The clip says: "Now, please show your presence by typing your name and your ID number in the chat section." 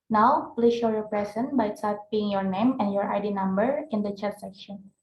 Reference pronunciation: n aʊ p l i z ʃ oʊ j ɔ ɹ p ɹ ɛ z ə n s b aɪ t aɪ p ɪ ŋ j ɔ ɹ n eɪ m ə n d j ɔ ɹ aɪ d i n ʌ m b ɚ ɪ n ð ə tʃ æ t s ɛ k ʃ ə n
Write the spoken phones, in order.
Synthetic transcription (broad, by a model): n aʊ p l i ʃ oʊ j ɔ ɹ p ɹ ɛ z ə n b aɪ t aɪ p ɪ ŋ j ɔ ɹ n eɪ m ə n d j ɔ ɹ aɪ d i n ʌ m b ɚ ɪ n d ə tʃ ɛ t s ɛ k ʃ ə n